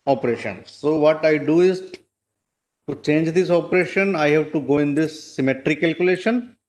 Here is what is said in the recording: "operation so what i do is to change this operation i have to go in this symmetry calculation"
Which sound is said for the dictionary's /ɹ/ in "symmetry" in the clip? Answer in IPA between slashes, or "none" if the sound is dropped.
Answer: /ɹ/